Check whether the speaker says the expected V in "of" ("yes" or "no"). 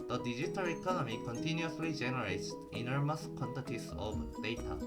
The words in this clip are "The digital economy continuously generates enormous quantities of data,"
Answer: no